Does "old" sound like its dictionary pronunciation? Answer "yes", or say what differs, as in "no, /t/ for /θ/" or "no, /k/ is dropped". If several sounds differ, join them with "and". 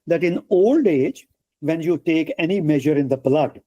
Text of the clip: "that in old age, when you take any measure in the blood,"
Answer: yes